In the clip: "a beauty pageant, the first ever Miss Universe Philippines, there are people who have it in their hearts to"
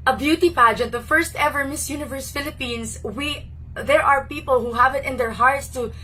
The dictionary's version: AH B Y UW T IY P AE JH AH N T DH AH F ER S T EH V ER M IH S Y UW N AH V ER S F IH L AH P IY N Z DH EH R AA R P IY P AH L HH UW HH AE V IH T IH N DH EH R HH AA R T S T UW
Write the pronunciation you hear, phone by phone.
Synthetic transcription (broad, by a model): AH B Y UW T IY P AE JH AH N T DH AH F ER S T EH V ER M IH S Y UW N AH V ER S F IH L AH P IY N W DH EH R AA R P IY P AH L HH UW HH AE V IH T IH N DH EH R HH AA R T S T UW